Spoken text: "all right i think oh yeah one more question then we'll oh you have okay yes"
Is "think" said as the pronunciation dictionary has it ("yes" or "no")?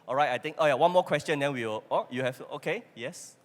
no